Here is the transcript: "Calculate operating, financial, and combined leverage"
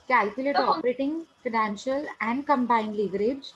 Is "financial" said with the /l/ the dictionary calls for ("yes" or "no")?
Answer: yes